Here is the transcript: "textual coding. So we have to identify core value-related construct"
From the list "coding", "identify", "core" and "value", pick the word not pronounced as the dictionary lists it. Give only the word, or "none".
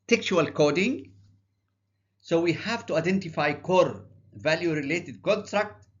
none